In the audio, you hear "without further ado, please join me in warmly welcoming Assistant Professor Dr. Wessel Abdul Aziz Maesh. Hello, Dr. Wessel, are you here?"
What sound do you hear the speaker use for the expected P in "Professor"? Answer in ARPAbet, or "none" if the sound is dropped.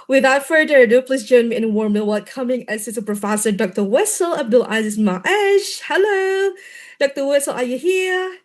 P